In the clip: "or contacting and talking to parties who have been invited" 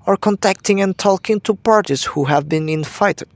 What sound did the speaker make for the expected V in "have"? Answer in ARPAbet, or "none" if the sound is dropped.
V